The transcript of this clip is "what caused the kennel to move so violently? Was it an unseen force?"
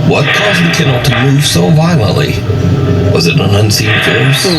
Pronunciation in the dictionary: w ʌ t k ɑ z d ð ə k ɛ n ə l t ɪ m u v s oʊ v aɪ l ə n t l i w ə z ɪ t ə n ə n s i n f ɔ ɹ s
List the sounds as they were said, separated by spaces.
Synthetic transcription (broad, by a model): w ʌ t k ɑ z ð ə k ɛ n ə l t ɪ m u v s oʊ v aɪ l ə n t l i w ə z ɪ t ə n ə n s i n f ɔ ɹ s